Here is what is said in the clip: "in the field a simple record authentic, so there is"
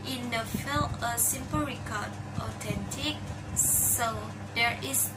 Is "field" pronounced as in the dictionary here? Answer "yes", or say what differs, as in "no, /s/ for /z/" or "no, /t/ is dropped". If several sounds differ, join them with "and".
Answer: no, /d/ is dropped